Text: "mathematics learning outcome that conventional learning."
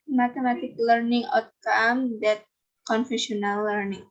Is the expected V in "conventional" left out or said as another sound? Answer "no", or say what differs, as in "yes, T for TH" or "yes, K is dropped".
yes, F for V